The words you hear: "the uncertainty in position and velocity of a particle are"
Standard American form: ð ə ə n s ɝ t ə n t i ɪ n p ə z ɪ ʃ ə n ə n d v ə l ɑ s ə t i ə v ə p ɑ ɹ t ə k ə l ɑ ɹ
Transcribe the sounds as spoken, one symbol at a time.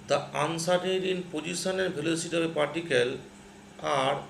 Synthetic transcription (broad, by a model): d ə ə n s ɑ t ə t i n p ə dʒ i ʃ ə n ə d b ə l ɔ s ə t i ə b ə p ɑ ɹ t ə k ə l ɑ ɹ